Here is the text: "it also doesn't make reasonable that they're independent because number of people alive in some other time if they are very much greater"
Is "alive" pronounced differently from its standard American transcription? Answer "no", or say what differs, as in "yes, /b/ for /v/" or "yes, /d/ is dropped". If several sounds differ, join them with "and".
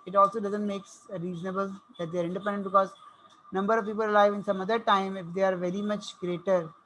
no